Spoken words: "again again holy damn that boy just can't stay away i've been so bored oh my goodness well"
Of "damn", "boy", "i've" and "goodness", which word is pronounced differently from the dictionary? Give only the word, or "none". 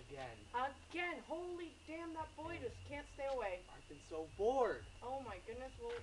none